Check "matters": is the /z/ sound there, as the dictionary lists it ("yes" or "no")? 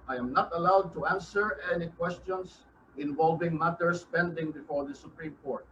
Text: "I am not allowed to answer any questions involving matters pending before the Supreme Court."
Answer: no